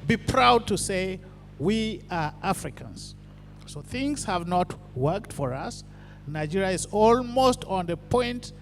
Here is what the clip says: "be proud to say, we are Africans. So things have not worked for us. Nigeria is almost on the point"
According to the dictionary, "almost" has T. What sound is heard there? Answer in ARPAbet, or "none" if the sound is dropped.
T